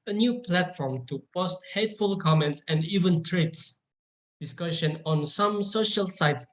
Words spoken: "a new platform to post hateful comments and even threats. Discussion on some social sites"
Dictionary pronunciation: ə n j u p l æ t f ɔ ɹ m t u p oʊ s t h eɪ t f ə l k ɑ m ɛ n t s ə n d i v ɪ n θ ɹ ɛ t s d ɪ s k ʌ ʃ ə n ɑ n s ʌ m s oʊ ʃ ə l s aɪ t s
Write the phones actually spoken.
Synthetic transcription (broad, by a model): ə n j u p l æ t f ɔ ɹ m t u p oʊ s t h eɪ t f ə l k ɑ m ɛ n t s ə n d i v ɪ n t ɹ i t s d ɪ s k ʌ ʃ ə n ɑ n s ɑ m s oʊ ʃ ə l s aɪ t s